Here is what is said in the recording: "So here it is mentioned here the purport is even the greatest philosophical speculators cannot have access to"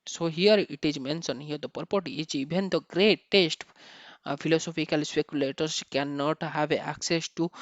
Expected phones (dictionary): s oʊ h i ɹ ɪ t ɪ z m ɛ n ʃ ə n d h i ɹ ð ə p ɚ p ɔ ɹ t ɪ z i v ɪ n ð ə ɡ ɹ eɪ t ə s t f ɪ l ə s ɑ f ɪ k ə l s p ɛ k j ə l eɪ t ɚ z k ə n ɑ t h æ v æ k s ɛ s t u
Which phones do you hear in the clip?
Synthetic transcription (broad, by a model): s oʊ h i ɹ ɪ t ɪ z m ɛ n s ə n h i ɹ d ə p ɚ p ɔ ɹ t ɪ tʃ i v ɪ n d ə ɡ ɹ eɪ t ə s t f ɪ l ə s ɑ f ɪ k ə l s p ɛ k j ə l eɪ t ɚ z k ə n ɑ t h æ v æ k s ɛ s t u